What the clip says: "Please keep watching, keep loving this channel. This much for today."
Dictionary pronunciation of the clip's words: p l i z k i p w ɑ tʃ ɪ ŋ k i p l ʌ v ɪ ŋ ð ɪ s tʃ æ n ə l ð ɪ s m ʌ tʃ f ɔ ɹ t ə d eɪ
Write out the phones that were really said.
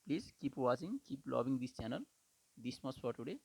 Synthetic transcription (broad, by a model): p l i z k i p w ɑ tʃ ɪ ŋ k i p l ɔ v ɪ ŋ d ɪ s tʃ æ n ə l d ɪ s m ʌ s f ɔ ɹ t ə d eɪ